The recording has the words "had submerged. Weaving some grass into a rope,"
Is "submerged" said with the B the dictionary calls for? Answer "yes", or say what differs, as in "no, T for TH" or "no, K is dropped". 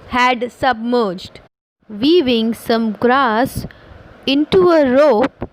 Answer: yes